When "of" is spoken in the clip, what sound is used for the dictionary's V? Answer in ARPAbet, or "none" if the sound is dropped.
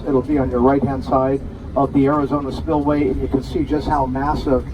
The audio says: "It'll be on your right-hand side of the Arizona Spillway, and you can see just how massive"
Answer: V